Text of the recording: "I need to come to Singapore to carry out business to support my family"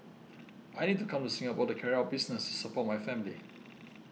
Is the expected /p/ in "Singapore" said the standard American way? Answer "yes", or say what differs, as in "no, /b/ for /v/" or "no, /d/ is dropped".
no, /b/ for /p/